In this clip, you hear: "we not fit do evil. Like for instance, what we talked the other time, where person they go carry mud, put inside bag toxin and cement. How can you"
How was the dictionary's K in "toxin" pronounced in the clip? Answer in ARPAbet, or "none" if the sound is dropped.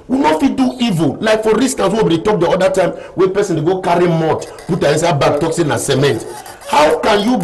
K